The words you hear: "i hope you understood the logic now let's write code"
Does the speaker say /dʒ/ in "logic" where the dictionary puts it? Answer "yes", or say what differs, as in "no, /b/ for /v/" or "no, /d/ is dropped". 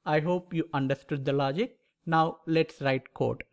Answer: yes